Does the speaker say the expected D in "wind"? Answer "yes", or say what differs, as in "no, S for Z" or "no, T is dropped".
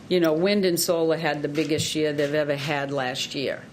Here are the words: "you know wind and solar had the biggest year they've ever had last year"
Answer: yes